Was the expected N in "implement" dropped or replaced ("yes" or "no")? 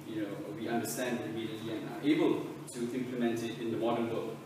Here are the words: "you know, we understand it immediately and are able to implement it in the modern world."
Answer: no